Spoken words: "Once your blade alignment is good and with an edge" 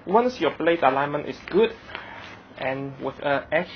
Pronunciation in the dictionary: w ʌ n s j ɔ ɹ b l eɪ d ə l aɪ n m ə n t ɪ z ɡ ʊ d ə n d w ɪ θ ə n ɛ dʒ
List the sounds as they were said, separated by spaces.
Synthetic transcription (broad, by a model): w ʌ n s j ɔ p l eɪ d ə l aɪ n m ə n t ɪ s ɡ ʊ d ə n w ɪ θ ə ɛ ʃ